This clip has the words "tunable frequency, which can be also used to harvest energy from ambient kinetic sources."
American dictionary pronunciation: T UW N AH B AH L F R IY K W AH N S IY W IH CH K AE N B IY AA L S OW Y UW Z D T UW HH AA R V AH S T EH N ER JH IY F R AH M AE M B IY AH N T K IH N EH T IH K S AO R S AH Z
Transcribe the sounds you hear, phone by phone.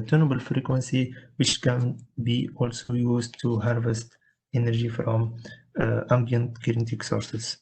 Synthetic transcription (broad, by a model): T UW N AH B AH L F R IY K W AH N S IY W IH CH K AE N B IY AA L S OW Y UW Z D T UW HH AA R V AH S T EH N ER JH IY F R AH M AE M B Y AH N T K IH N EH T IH K S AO R S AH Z